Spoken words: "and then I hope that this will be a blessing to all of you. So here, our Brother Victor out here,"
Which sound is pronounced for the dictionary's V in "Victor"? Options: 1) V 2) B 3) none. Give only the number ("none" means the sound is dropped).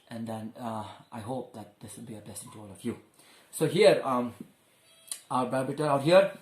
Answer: 2